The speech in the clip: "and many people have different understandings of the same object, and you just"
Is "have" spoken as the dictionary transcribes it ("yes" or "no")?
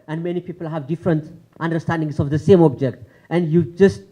yes